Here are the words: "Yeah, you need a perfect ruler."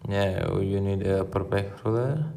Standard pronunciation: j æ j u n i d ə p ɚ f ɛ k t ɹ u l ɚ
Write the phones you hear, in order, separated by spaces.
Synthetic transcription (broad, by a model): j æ j u n i d ə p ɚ p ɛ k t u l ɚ